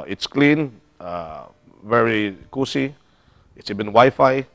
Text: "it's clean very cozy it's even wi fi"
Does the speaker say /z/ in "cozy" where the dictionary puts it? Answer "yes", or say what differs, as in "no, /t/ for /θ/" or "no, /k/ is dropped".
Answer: no, /s/ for /z/